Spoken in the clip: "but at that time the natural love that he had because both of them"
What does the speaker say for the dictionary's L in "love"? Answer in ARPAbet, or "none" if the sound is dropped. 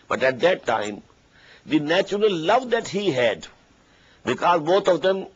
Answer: L